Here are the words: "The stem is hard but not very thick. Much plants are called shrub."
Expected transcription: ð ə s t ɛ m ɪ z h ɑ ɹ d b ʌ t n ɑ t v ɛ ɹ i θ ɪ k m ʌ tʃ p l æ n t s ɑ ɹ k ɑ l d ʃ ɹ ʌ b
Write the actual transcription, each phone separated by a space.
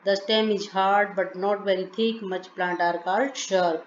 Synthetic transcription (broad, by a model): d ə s t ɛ m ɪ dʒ h ɑ ɹ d b ʌ t n ɑ t v ɛ ɹ i t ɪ k m ʌ tʃ p l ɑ n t ɑ ɹ k ɑ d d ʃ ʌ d